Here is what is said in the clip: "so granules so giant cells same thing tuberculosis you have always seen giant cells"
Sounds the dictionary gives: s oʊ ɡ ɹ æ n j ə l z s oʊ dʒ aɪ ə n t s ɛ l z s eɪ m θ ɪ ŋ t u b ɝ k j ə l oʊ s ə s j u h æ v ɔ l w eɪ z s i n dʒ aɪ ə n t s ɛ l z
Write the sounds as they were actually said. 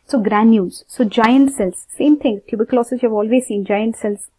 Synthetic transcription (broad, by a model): s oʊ ɡ ɹ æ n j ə z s oʊ dʒ aɪ ə n t s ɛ l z s eɪ m t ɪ ŋ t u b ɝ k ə l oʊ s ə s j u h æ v ɔ l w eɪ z s i n dʒ aɪ ə n t s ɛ l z